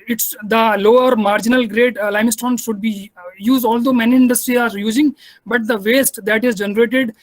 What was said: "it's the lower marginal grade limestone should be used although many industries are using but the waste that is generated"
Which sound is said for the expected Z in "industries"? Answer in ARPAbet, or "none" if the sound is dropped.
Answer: none